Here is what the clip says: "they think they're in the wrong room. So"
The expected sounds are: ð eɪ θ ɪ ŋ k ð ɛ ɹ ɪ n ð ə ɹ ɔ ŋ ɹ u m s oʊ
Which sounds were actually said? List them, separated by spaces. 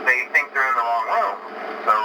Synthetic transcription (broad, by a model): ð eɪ θ ɪ ŋ k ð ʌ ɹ ɪ n ð ə l ɔ ŋ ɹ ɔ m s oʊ